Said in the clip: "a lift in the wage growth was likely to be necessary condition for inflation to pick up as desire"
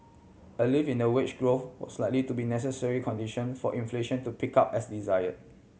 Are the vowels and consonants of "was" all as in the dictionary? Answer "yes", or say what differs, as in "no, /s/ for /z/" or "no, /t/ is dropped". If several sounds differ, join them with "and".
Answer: no, /s/ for /z/